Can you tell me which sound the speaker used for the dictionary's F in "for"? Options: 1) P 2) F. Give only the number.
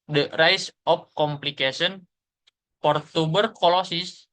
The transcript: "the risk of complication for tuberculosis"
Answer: 1